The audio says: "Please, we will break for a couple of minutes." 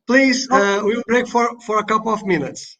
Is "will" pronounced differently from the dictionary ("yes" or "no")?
yes